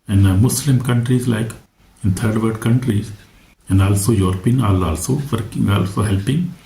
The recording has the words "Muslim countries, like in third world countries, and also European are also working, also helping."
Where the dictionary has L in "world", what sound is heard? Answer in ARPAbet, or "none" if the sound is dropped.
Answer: none